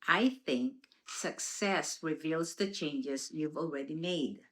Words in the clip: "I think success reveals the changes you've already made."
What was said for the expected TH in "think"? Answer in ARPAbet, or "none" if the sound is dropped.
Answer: TH